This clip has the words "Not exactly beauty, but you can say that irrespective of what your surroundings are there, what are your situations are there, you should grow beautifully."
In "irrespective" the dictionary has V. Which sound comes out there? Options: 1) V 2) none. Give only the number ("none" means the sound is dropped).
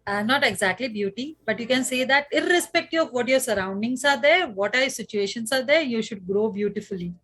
2